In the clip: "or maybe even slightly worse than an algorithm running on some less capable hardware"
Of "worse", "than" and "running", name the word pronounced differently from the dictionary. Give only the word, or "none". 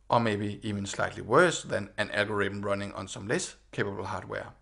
none